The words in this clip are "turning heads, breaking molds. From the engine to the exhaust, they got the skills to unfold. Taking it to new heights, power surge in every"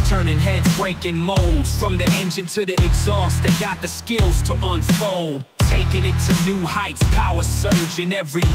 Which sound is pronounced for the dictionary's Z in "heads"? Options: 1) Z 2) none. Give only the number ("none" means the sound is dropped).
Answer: 2